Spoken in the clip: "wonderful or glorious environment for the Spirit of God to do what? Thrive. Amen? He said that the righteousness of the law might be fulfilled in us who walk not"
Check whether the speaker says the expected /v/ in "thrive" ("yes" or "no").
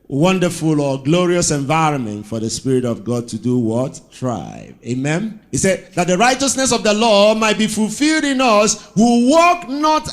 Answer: no